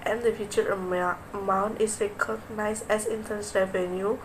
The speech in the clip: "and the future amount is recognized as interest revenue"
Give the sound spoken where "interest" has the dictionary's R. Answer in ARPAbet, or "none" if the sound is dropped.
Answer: none